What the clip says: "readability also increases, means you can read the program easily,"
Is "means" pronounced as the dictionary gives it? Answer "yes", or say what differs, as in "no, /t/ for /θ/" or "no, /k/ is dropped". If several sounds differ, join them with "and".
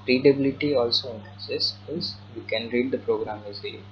no, /n/ is dropped